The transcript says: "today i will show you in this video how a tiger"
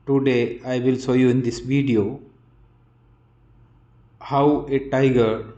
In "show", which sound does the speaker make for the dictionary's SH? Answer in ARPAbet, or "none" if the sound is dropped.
S